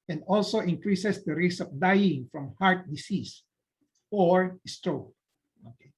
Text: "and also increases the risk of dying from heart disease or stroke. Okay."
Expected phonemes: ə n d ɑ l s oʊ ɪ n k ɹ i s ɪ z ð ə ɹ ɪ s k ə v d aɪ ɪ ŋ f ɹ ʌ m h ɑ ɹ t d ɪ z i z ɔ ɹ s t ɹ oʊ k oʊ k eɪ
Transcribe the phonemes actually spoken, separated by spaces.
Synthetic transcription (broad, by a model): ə n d ɑ l s oʊ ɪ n k ɹ i s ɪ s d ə ɹ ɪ s ə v d aɪ ɪ ŋ f ɹ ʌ m h ɑ ɹ t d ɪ s i s ɔ ɹ s t ɹ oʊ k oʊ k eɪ